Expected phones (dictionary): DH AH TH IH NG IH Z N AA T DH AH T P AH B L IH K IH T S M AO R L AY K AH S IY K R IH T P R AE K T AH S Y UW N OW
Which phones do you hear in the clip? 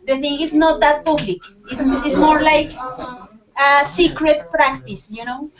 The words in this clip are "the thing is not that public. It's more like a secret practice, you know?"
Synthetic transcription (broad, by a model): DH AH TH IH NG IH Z N AA T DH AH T P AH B L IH K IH S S M AO R L AY K AH S IY K R IH T P R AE K T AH S Y UW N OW